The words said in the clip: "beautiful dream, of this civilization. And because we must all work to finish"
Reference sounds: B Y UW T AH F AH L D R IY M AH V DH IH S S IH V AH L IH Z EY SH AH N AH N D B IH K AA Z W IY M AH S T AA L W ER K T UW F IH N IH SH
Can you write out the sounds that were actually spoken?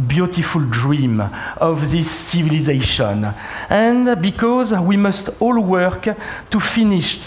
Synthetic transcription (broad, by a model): B Y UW T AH F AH L D R IY M AH V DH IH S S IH V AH L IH Z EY SH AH N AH N B IH K AA Z W IY M AH S T AA L W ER K T UW F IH N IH SH